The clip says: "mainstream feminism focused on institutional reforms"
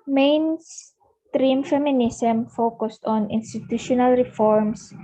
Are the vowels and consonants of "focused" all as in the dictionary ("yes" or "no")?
yes